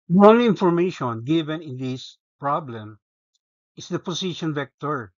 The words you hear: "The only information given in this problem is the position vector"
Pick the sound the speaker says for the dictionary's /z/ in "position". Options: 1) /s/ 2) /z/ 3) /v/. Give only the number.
1